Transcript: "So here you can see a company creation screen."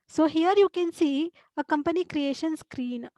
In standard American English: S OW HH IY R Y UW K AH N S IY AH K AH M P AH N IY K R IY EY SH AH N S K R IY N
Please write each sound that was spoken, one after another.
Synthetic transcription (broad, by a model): S OW HH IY R Y UW K AH N S IY AH K AH M P AH N IY K R IY EY SH AH N S K R IY N